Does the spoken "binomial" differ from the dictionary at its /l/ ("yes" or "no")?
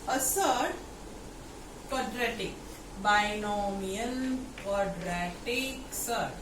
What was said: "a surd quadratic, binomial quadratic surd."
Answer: yes